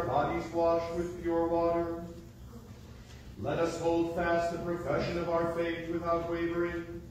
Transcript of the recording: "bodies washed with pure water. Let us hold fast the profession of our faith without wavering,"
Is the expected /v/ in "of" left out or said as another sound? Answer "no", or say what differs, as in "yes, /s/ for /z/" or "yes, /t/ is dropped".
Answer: no